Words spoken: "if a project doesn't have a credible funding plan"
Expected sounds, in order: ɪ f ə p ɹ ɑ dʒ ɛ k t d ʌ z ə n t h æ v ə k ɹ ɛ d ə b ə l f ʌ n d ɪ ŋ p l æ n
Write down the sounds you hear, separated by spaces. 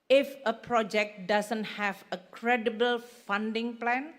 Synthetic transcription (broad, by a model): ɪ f ə p ɹ ɑ dʒ ɛ k t d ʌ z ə n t h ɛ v ə k ɹ ɛ d ə b ə l f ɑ n d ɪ ŋ p l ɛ n